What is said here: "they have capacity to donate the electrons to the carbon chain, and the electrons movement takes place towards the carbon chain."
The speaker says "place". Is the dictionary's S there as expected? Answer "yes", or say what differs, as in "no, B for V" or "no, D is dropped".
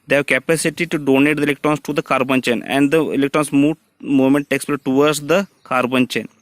no, S is dropped